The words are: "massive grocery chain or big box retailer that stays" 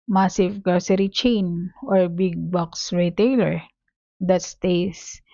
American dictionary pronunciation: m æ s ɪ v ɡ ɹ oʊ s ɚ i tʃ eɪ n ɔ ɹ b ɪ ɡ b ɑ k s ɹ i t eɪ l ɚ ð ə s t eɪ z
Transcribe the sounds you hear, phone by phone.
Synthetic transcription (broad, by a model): m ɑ s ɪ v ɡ oʊ s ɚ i tʃ eɪ n ɔ ɹ b ɪ ɡ b ɑ k s ɹ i t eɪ l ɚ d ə s t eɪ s